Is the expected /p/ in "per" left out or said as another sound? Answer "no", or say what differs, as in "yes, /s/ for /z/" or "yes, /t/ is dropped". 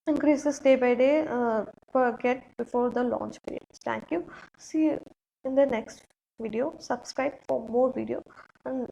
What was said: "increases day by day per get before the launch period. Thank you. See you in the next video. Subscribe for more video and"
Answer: yes, /f/ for /p/